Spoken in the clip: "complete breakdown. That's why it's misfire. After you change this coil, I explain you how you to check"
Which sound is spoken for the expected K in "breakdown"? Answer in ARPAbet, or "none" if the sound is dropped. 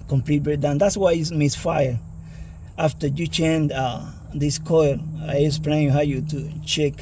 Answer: none